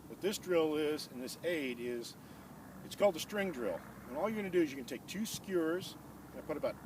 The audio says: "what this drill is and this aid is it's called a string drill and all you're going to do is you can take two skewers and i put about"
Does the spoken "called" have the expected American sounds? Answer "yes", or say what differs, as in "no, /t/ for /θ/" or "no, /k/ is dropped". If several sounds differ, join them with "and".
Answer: yes